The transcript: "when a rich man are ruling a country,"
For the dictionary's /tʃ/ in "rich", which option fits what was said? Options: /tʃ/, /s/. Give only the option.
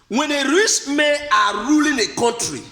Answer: /s/